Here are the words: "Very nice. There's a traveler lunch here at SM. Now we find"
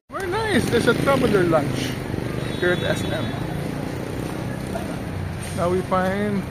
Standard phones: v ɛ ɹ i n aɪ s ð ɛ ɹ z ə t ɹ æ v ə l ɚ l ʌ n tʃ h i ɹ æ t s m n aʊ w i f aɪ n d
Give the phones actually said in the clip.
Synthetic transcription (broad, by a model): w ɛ ɹ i n aɪ s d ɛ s ə t ɹ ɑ b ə l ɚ l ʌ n tʃ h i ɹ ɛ s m n aʊ w i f aɪ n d